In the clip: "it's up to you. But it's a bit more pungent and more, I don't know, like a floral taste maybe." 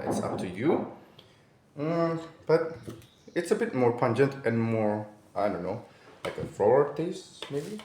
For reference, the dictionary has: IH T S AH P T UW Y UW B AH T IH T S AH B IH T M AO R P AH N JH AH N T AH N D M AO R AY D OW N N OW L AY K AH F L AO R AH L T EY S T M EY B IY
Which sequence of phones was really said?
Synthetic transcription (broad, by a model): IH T S AH P T UW Y UW B AH T IH T S AH B IH T M AO R P AH N JH AH N T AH N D M AO R AY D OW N N OW L AY K AH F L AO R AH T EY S M EY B IY